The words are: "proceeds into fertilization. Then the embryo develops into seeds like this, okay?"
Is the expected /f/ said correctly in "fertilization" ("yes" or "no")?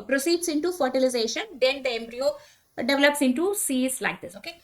yes